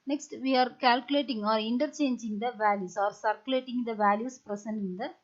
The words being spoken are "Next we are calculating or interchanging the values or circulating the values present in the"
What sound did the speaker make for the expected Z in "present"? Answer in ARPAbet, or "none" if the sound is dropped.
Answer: S